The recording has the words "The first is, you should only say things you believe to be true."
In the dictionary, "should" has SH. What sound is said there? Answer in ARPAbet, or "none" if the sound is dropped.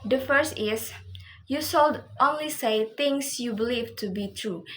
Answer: S